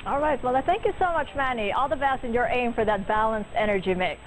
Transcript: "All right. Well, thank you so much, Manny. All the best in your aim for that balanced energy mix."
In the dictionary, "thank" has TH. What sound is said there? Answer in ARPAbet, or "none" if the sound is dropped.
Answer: TH